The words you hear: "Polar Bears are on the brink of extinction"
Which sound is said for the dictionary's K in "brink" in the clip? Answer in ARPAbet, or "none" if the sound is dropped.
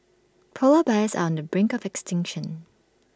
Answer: K